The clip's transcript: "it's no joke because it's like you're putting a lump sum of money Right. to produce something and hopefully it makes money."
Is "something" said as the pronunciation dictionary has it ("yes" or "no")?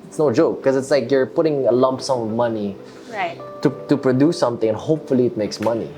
no